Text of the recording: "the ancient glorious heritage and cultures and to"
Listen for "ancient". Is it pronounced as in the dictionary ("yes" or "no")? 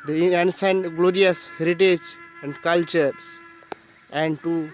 no